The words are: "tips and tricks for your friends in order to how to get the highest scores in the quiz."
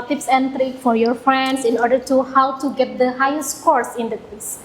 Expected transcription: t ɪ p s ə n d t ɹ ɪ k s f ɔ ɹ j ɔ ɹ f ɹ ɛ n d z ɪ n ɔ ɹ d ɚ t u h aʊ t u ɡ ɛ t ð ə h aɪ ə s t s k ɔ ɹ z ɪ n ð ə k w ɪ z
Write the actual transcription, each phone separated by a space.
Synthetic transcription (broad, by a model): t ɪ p s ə n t ɹ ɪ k f ɔ ɹ j ɔ ɹ f ɹ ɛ n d s ɪ n ɔ ɹ d ɚ t u h aʊ t u ɡ ɛ t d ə h aɪ ə s t k ɔ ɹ s ɪ n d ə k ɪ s